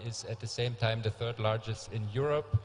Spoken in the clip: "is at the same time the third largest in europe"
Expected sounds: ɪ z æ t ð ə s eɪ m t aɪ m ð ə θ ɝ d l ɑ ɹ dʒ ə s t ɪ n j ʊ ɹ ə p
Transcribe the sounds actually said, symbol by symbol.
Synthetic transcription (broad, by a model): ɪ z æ t ð ə s eɪ m t aɪ m ð ə θ ɝ d l ɑ ɹ dʒ ə s t ɪ n j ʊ ɹ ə p